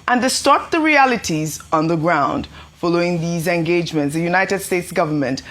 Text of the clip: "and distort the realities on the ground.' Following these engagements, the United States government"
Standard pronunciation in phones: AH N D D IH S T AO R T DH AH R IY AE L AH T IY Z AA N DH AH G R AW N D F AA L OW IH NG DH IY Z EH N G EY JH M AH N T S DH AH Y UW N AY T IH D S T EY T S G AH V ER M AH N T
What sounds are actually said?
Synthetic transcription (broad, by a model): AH N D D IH S T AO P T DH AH R IY AE L AH T IY Z AA N DH AH G R AW N D F AA L OW IH NG DH IY Z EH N G EY JH M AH N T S DH AH Y UW N AY T IH D S T EY T S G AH V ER M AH N T